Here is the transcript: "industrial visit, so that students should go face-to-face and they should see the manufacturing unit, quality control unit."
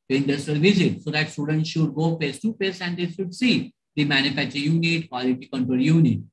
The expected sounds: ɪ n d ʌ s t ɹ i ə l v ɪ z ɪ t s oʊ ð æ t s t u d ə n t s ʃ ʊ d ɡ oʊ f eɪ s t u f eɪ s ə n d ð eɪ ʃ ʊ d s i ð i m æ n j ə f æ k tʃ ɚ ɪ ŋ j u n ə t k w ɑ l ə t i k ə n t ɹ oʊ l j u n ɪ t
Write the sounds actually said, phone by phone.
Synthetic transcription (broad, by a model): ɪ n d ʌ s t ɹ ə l v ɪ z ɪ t s oʊ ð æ t s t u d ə n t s ʃ ʊ d ɡ oʊ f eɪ s t u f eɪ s ə n d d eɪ ʃ ʊ d s i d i m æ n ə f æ k tʃ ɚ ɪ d j u n ə t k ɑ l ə t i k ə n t oʊ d j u n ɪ t